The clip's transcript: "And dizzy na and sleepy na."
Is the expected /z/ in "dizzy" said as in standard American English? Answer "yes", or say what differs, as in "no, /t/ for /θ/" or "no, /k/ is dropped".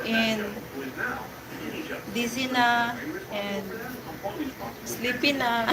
no, /s/ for /z/